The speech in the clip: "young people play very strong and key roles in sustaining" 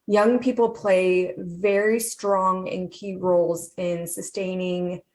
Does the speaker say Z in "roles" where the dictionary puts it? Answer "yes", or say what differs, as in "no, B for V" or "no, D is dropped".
yes